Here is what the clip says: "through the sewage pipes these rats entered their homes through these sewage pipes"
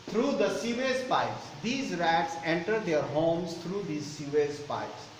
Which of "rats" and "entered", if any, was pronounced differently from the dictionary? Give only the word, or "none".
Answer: none